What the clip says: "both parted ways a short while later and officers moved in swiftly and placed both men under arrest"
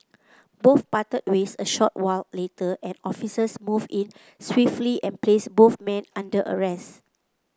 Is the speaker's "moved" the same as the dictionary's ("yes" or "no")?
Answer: no